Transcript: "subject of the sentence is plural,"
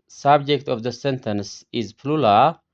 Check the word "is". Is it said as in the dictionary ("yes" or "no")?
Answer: yes